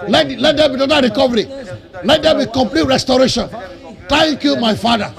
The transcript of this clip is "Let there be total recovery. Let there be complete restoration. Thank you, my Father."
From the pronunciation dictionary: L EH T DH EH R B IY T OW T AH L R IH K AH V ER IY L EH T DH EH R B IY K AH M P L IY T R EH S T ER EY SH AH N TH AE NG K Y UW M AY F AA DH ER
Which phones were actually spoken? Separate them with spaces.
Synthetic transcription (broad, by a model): L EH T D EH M B IY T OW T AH R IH K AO V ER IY L EH T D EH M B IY K AH M P L IY T R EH S T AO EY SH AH N T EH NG K Y UW M AY F AA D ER